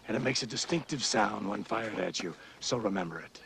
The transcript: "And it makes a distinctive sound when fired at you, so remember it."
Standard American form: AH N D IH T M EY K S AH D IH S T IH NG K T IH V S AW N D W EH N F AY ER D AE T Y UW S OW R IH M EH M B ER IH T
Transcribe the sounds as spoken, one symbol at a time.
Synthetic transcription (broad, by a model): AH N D IH T M EY K S AH D IH S T IH NG K T IH V S AW N D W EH N F AY ER D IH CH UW S OW R IH M EH M B ER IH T